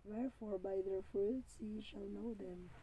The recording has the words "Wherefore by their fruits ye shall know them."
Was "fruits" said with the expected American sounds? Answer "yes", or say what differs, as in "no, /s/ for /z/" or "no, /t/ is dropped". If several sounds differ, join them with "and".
no, /ɹ/ is dropped